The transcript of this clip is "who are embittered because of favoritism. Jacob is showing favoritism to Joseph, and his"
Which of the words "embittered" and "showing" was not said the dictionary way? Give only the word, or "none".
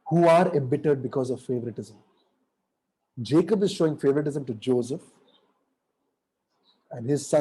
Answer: none